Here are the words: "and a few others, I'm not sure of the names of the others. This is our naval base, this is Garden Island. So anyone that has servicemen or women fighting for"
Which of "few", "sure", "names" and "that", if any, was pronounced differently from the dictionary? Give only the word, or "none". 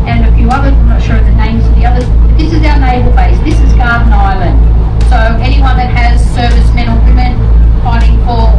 none